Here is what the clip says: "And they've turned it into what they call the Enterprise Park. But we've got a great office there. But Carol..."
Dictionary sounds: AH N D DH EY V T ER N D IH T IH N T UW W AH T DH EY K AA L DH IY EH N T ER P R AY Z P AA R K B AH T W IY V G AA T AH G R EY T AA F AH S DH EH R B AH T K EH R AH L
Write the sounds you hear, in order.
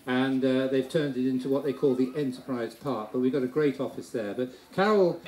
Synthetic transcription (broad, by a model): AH N DH EY V T ER N D IH T IH N T UW W AH T DH EY K AA L DH IY EH N T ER P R AY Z P AA R K B AH T W IY V G AA T AH G R EY T AA F AH S DH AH R B AH T K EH R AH L